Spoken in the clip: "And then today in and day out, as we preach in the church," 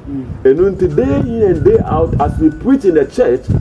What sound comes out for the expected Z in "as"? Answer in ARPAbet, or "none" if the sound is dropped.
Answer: S